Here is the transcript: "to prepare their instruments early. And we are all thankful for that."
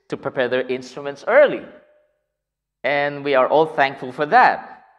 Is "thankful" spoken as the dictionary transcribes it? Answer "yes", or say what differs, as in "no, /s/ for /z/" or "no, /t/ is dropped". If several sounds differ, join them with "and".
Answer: yes